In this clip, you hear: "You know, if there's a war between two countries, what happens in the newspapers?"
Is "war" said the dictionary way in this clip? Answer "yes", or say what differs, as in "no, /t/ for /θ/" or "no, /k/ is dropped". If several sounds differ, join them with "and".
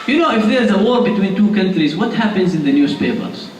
yes